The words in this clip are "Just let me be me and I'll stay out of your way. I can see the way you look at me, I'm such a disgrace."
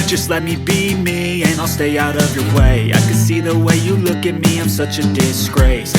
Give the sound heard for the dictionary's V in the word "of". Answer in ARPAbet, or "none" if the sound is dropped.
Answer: V